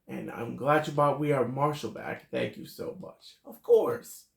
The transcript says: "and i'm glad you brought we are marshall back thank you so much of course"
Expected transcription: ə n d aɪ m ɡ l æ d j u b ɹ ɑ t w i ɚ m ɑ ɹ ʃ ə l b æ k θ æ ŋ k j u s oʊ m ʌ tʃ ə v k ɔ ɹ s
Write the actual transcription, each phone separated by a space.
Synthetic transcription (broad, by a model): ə n aɪ m ɡ l æ d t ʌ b ɑ t w i ɚ m ɑ ɹ ʃ l b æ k θ æ ŋ k j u s oʊ m ʌ tʃ ə v k ɔ ɹ s